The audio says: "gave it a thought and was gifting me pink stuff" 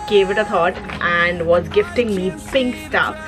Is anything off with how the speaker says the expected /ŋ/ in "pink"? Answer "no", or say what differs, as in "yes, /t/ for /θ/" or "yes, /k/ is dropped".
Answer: no